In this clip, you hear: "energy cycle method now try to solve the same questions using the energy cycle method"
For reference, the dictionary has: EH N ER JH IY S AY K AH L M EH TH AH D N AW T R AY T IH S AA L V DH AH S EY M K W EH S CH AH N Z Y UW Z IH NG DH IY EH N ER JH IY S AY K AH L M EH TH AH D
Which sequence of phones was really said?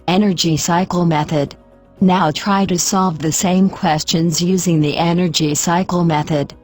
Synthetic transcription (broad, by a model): EH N ER JH IY S AY K L M EH TH AH D N AW T R AY T IH S AA L V DH AH S EY M K W EH S CH AH N Z Y UW Z IH NG DH IY EH N ER JH IY S AY K L M EH TH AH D